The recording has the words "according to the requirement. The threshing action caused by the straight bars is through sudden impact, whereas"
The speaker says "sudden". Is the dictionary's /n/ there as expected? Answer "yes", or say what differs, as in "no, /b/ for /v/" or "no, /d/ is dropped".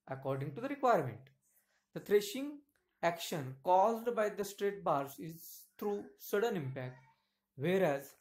yes